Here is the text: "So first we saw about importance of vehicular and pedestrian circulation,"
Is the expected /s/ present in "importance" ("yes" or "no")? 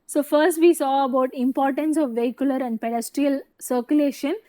yes